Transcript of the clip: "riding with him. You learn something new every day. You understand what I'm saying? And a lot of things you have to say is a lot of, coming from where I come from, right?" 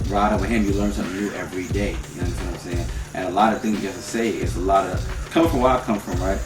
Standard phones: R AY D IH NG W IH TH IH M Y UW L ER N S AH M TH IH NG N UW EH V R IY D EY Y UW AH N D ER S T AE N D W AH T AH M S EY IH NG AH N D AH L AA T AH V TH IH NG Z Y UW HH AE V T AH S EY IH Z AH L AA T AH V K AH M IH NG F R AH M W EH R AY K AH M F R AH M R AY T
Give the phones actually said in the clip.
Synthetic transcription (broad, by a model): R AY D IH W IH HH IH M Y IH L ER N S AH M TH IH NG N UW EH V R IY D EY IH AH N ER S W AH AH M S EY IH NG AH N AH L AA T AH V TH IH NG Z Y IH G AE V T AH S EY IH S AH L AA T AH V K AH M F R AH M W AY K AH M F R AH M R AY T